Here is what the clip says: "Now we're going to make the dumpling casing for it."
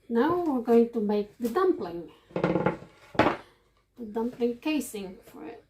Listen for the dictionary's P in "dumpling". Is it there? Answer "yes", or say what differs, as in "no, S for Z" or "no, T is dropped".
yes